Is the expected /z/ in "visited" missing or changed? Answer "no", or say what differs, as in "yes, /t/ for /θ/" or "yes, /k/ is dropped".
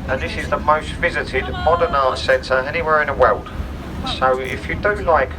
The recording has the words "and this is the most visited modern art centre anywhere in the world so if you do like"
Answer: no